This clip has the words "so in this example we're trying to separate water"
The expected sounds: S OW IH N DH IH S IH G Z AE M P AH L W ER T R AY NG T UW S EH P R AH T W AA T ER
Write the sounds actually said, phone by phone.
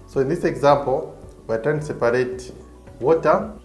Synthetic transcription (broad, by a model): S OW IH N DH IH S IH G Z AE M P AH L W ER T R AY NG T UW S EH P R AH T W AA T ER